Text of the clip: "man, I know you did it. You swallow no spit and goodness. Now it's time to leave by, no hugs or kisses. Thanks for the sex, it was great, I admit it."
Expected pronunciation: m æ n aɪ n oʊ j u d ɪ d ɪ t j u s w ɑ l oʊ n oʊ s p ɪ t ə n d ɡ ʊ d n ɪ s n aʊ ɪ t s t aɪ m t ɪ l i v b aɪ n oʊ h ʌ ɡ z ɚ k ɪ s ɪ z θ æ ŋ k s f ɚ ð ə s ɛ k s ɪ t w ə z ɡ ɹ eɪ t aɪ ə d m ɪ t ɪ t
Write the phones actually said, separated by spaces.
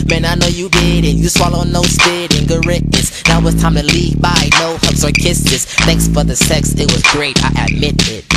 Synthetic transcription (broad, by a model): m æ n aɪ n oʊ j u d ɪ d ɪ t j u s w ɑ l oʊ n oʊ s b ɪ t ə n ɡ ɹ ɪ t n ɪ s n aʊ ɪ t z t aɪ m t ɪ l i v b aɪ n oʊ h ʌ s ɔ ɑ k ɪ s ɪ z θ æ ŋ k s f ɚ ð ə s ɛ k s ɪ t w ə z ɡ ɹ eɪ t aɪ ə d m ɪ t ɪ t